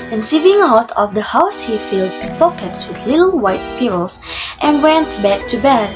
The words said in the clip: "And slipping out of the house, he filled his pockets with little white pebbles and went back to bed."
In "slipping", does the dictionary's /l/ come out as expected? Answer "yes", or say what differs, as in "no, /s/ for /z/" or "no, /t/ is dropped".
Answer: no, /l/ is dropped